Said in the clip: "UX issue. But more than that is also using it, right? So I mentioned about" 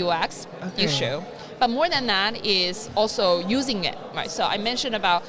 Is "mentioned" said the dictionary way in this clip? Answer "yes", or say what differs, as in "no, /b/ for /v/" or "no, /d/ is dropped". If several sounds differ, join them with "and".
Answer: no, /d/ is dropped